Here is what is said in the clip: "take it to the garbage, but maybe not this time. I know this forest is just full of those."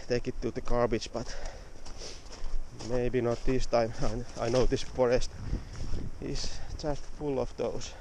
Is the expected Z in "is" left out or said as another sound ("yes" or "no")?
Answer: yes